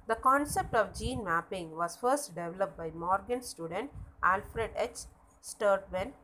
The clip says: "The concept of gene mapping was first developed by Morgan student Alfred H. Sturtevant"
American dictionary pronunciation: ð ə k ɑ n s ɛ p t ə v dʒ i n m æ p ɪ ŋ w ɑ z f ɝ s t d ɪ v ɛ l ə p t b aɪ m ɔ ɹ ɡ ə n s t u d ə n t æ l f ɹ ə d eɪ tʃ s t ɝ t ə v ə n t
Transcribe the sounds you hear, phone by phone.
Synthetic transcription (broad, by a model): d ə k ɑ n s ɛ p t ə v dʒ i n m æ p ɪ ŋ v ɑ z f ɝ s t d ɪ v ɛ l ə p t b aɪ m ɔ ɹ ɡ ə n s t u d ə n t æ l f ɹ ə d eɪ tʃ s t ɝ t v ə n